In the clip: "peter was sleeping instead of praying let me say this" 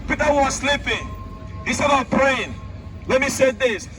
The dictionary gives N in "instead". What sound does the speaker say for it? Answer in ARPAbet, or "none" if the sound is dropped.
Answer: none